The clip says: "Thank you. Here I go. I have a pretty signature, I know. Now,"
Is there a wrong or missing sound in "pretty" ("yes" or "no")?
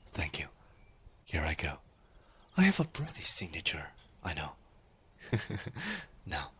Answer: yes